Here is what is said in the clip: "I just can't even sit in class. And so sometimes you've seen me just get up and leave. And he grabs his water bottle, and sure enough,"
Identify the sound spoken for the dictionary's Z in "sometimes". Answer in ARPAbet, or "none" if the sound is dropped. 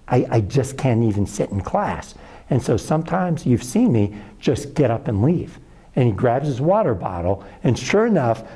Z